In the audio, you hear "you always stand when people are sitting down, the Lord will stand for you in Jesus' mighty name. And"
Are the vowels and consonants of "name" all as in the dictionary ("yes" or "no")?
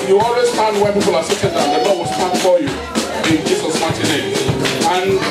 no